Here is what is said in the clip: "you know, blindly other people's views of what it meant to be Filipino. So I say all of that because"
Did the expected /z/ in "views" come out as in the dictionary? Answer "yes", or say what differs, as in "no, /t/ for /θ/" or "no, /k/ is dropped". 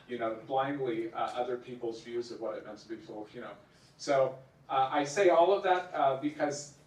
yes